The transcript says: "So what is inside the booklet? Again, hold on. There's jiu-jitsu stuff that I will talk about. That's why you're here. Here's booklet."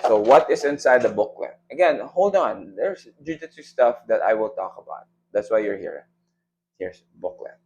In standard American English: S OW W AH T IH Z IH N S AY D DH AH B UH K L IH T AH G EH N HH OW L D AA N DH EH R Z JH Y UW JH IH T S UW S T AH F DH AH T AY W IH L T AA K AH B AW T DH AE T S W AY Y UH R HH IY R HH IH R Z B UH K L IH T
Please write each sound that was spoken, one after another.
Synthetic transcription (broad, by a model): S OW W AH T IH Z IH N S AY D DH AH B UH K L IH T AH G EH N HH OW L D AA N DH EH R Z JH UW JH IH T UW S T AH F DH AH T AY W IH L T AA K AH B AW T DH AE T S W AY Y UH R HH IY R HH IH R S B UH K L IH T